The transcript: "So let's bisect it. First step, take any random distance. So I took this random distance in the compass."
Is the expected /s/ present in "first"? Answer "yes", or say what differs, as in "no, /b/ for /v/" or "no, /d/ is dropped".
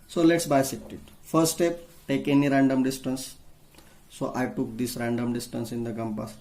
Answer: no, /s/ is dropped